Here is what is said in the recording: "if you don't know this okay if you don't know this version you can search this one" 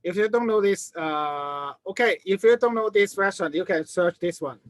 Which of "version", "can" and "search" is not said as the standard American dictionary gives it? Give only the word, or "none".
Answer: version